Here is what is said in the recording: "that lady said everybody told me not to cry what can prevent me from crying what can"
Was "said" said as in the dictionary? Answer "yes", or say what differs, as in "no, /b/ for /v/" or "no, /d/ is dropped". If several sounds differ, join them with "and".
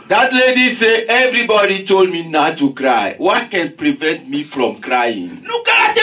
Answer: no, /d/ is dropped